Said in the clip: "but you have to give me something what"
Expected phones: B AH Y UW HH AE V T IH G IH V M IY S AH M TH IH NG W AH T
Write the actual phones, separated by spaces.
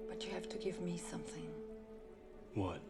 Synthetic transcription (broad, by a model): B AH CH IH HH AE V T IH G IH V M IY S AH M TH IH NG W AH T